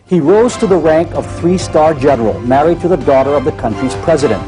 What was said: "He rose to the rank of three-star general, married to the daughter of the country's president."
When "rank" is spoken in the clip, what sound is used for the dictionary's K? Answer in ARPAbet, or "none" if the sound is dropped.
K